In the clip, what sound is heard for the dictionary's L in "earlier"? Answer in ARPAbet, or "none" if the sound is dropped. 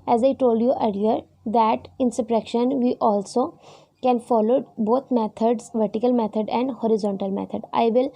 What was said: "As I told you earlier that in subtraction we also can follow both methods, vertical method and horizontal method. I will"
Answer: none